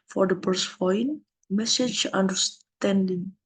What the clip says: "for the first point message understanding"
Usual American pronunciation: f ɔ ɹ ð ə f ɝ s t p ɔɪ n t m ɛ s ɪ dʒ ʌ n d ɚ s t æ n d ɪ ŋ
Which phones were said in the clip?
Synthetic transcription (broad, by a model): f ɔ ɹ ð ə p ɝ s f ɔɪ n m ɛ s ɪ dʒ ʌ n d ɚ s t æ n d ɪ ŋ